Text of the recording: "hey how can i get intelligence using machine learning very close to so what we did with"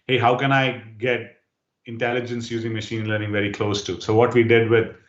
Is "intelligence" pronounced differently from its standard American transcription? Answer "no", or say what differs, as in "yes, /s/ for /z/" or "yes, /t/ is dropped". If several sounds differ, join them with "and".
no